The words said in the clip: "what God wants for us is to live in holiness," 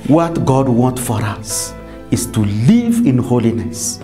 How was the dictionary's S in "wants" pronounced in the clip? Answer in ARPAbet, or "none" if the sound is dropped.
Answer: none